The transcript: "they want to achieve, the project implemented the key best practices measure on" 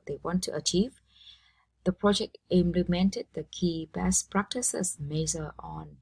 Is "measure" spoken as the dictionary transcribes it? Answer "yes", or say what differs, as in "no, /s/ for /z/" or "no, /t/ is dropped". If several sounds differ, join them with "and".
no, /z/ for /ʒ/